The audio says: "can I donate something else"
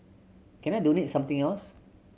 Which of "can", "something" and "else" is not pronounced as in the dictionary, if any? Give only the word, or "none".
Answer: something